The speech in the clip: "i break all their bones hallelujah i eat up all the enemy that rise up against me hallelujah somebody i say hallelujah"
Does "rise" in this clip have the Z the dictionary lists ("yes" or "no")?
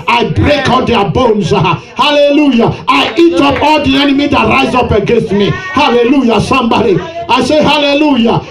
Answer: yes